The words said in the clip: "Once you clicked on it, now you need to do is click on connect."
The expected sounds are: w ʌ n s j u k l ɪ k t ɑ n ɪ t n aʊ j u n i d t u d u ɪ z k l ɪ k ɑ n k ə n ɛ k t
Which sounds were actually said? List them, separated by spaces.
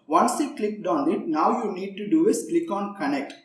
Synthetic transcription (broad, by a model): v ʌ n s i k l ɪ k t ɑ n ɪ t n aʊ j u n i d t u d u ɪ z k l ɪ k ɑ n k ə n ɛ k t